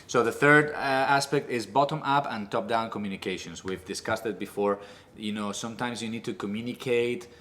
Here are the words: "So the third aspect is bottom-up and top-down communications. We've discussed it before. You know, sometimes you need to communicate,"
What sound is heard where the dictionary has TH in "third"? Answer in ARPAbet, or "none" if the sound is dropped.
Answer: TH